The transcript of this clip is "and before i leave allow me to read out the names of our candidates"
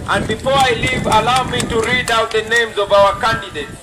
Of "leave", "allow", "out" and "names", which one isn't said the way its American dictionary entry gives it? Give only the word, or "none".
none